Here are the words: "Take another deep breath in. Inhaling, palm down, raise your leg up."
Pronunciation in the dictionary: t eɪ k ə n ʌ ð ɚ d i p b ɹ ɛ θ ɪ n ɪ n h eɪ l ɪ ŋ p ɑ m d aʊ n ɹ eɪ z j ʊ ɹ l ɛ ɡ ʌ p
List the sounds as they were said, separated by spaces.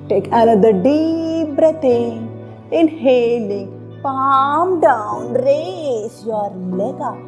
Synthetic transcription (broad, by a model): t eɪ k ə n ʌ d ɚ d i p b ɹ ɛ t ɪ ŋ ɪ n h eɪ l ɪ ŋ p ɑ m d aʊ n ɹ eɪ s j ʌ ɹ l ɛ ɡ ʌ